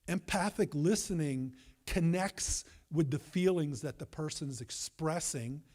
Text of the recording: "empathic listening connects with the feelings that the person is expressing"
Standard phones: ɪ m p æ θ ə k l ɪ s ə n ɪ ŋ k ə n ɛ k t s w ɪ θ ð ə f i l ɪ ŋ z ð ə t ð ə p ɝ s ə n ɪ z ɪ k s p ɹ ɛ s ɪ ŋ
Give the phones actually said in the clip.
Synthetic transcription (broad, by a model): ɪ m p æ θ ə k l ɪ s ə n ɪ ŋ k ə n ɛ k t s w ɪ ð ə f i l ɪ ŋ z ð ə t ð ə p ɝ s ə n ɪ z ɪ k s p ɹ ɛ s ɪ ŋ